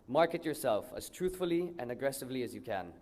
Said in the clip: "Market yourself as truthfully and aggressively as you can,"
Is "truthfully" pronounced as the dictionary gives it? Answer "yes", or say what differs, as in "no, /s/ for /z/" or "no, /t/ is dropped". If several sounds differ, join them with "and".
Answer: yes